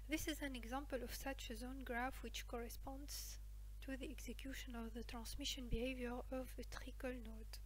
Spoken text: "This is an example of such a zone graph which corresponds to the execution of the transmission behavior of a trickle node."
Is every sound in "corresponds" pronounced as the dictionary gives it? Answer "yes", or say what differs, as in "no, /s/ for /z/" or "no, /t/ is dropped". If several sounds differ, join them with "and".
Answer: yes